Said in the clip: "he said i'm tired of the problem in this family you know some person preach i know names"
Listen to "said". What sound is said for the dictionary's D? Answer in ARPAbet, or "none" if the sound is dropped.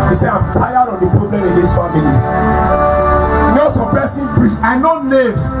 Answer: none